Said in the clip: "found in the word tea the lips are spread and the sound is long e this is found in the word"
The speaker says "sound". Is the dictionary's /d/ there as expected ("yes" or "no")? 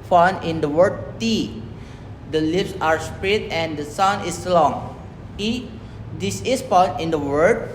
no